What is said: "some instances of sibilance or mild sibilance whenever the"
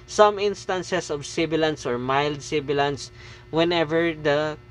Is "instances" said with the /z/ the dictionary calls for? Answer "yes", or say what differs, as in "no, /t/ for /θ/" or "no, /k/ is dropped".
no, /s/ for /z/